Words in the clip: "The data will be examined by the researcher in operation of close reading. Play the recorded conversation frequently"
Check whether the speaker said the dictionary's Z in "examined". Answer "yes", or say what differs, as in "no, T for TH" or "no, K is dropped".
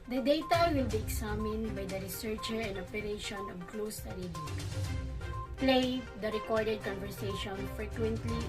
no, S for Z